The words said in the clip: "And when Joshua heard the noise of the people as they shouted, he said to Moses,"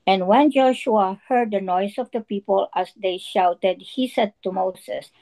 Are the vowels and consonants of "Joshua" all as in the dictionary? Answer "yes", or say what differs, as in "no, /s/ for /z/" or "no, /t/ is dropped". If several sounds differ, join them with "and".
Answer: yes